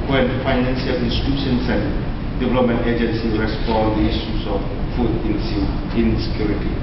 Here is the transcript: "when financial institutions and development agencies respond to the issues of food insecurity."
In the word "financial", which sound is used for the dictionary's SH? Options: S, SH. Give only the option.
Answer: S